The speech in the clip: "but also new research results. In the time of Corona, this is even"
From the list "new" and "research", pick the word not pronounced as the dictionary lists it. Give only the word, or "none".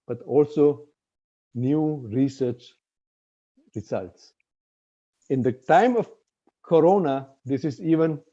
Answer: none